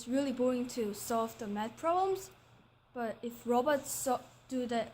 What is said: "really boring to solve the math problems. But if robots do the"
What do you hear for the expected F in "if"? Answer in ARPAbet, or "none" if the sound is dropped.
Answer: F